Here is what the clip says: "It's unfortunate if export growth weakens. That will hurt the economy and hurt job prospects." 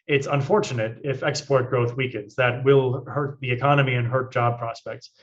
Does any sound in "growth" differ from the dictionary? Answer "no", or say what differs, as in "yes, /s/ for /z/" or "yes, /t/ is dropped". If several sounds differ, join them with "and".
no